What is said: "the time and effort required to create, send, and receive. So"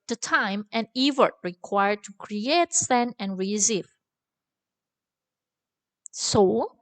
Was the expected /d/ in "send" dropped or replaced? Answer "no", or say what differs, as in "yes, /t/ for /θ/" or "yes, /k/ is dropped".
yes, /d/ is dropped